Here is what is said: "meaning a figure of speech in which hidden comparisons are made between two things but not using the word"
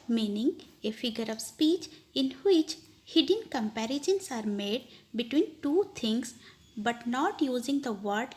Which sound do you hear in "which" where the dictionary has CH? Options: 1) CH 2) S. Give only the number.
1